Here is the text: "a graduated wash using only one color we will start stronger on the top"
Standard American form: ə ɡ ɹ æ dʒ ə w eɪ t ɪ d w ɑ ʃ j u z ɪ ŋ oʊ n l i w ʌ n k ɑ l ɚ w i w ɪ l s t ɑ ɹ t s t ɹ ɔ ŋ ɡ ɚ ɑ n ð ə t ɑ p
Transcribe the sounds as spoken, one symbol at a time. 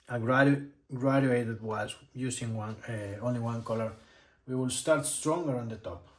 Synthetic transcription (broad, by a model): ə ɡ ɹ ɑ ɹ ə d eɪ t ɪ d w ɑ s j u s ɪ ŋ oʊ n l i w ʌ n k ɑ l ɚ w i w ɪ l s t ɑ ɹ t s t ɹ ɔ ŋ ɡ ɚ ɑ n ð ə t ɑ p